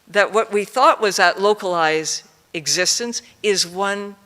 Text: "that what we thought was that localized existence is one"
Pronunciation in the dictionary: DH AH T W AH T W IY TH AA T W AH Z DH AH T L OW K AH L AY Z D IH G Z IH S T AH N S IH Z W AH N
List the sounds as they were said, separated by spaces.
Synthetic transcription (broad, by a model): DH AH T W AH T W IY TH AA T W AH Z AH T L OW K AH L AY Z D IH G Z IH S T AH N S IH Z W AH N